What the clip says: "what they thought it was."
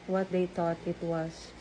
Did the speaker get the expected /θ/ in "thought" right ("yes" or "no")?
no